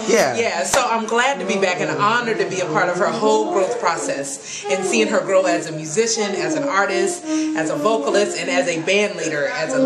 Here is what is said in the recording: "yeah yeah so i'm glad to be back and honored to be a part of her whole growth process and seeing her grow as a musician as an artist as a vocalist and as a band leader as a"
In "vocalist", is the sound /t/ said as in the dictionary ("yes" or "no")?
yes